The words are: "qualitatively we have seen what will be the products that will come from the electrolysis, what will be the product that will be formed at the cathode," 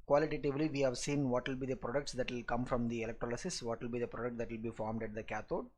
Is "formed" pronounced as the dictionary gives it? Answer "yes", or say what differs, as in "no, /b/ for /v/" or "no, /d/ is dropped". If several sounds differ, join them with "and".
yes